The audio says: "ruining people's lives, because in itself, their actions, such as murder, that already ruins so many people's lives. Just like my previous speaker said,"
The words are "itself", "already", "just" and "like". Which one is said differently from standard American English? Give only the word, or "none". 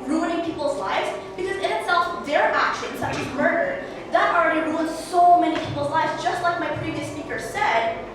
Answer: none